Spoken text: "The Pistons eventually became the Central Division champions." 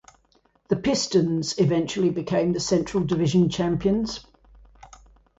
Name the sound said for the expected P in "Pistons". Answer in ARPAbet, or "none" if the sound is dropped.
P